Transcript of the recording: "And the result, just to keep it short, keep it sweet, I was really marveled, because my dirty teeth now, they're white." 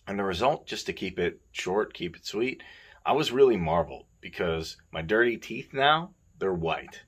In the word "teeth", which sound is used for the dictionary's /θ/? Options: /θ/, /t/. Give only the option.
/θ/